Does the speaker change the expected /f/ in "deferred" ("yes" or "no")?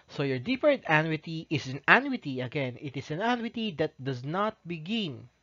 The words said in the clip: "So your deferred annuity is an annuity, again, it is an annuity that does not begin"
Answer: yes